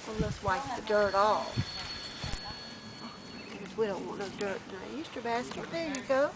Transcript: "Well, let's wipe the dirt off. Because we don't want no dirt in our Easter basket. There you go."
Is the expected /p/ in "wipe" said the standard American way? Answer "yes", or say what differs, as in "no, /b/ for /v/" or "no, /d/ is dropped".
no, /f/ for /p/